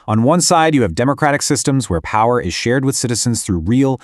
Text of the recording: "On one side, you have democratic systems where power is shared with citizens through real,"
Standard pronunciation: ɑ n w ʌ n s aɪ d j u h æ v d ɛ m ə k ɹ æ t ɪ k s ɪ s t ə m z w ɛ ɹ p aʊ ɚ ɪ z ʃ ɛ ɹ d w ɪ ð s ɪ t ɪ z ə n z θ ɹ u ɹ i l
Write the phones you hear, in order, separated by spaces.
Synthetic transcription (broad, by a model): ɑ n w ʌ n s aɪ d j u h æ v d ɛ m ə k ɹ æ t ɪ k s ɪ s t ə m z w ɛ ɹ p aʊ ɚ ɪ z ʃ ɛ ɹ d w ɪ ð s ɪ t ɪ z ə n z θ ɹ u ɹ i l